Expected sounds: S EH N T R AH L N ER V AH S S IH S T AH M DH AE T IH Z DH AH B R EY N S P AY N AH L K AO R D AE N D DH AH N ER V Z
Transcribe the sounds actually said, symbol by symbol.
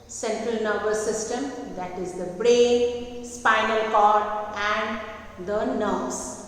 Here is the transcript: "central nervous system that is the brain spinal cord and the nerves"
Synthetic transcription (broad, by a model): S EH N T R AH L N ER B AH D S IH S T AH M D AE T IH Z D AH B R EY N S P AY N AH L K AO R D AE N D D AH N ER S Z